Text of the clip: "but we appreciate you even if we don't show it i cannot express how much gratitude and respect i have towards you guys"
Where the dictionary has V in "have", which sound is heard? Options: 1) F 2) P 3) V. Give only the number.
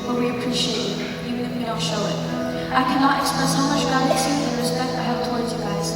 2